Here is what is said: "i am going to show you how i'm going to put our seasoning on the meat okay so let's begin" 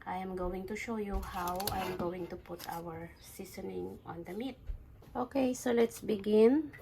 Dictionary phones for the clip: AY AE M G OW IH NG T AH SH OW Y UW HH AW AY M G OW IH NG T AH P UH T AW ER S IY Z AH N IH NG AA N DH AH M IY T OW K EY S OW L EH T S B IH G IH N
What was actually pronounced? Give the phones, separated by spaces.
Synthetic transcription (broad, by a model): AY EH M G OW IH NG T AH SH OW Y UW HH AW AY M G OW IH NG T AH P UH T AW ER S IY S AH N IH NG AA N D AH M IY T OW K EY S OW L EH T S B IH G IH N